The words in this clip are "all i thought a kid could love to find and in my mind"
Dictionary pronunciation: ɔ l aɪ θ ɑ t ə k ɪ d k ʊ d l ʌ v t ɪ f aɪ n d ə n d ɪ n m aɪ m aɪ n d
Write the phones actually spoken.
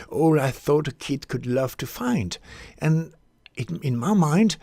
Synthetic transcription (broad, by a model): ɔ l aɪ θ ɑ t ə k ɪ d k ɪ d l ʌ v t ɪ f aɪ n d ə n ɪ n m aɪ m aɪ n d